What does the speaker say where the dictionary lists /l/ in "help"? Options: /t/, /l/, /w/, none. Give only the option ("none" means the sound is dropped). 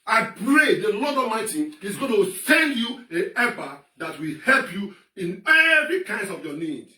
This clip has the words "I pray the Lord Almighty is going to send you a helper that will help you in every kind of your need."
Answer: /l/